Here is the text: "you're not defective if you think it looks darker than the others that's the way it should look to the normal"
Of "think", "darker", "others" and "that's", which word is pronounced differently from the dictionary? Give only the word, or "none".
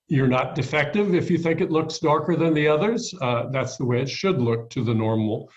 none